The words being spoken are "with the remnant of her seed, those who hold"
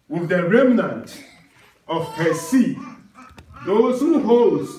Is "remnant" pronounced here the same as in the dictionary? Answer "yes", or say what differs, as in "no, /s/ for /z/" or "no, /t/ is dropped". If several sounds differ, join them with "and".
yes